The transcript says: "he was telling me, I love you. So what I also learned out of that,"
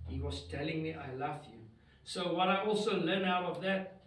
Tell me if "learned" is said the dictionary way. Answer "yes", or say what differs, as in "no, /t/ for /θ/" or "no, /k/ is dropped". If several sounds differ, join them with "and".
no, /d/ is dropped